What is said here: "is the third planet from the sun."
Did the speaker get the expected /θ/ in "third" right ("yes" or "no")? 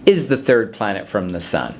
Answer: yes